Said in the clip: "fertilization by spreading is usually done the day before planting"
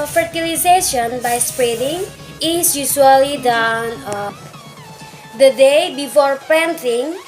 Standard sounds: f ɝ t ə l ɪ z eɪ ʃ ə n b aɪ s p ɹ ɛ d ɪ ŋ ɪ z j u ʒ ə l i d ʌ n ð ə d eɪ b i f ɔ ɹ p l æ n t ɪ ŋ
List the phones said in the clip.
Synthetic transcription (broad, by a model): f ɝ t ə l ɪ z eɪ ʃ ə n b aɪ s p ɹ ɛ d ɪ ŋ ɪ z j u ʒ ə l i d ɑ n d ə d eɪ b i f ɔ ɹ p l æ n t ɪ ŋ